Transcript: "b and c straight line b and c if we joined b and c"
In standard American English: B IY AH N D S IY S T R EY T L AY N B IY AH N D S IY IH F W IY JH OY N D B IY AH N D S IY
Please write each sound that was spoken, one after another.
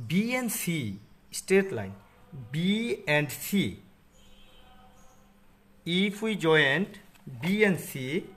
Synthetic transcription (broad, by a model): B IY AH N S IY S T EY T L AY N B IY AH N D S IY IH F W IY JH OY N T B IY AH N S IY